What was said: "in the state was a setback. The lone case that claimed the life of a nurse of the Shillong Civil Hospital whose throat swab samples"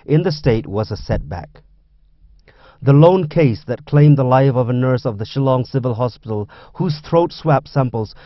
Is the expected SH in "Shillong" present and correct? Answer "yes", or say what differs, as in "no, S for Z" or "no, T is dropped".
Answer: yes